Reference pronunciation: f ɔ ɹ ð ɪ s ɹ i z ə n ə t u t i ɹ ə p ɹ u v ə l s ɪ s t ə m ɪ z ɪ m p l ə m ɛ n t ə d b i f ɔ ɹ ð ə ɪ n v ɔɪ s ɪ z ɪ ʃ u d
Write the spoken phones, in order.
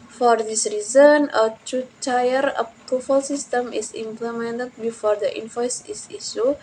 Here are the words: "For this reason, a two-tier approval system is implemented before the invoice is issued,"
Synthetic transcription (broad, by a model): f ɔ ɹ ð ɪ s ɹ i z ə n ə t u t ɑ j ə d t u f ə l s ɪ s t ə m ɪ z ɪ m p l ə m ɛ n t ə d b i f ɔ ɹ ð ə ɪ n f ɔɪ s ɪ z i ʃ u